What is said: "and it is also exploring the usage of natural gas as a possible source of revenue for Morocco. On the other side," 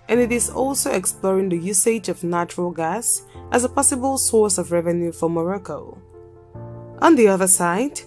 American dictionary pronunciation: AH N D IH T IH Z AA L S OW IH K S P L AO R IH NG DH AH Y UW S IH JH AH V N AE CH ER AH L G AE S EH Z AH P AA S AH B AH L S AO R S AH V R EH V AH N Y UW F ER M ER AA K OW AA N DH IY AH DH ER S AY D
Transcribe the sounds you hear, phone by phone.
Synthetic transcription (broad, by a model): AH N IH T IH Z AA L S OW IH K S P L AO R IH NG DH AH Y UW S IH JH AH V N AE CH ER AH L G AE S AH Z AH P AA S AH B AH L S AO R S AH V R EH V AH N Y UW F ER M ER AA K OW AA N DH IY AH DH ER S AY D